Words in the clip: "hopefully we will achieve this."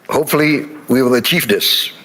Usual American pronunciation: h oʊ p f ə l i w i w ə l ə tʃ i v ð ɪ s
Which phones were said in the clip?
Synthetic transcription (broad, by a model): h oʊ p f l i w i w ə l ə tʃ i v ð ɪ s